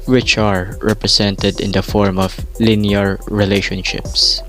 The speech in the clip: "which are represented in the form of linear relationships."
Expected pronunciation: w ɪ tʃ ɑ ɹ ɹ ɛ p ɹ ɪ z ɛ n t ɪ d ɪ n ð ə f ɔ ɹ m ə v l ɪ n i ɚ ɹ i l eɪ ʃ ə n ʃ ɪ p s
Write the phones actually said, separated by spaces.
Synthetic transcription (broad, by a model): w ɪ tʃ ɑ ɹ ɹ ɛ p ɹ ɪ s ɛ n t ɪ d ɪ n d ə f ɔ ɹ m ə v l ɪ n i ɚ ɹ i l eɪ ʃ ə n ʃ ɪ p s